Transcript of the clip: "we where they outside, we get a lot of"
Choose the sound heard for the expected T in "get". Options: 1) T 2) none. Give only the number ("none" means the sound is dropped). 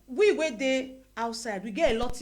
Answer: 2